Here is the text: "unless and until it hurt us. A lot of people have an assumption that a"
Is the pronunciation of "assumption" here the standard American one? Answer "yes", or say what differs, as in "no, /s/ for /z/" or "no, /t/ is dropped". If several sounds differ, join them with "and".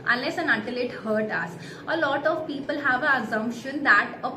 yes